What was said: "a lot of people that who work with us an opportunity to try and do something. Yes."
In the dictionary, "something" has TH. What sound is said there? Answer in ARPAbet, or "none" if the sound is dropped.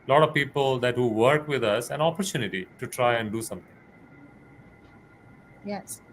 T